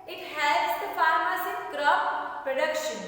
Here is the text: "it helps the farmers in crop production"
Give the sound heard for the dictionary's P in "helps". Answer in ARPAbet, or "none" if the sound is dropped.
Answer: none